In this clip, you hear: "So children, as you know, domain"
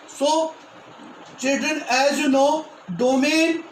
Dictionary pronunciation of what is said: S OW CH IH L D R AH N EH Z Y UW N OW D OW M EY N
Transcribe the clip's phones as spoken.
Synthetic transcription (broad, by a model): S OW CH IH D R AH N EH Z Y UW N OW D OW M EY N